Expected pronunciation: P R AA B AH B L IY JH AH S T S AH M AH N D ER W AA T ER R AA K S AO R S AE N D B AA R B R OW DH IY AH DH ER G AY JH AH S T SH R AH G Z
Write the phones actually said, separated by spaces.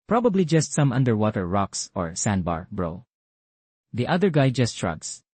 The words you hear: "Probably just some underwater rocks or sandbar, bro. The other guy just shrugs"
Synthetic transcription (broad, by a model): P R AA B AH B L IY JH AH S T S AH M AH N D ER W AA T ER R AA K S AO R S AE N B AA R B R OW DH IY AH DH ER G AY JH AH S T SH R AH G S